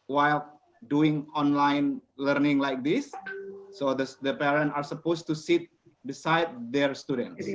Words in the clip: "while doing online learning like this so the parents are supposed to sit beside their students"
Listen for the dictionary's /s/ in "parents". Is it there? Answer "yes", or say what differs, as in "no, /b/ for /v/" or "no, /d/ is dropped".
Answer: no, /s/ is dropped